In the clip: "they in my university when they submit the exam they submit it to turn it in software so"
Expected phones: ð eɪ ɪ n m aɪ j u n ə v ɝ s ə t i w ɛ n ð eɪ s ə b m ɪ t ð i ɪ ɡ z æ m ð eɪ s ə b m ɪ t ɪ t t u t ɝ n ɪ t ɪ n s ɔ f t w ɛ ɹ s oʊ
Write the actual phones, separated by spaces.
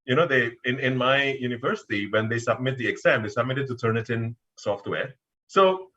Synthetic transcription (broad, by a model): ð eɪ ɪ n m aɪ j u n ə v ɝ s ə t i w ɛ n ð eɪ s ə b m ɪ t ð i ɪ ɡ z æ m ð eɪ s ə b m ɪ t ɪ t t u t ɝ n ɪ t ɪ n s ɔ f t w ɛ ɹ s oʊ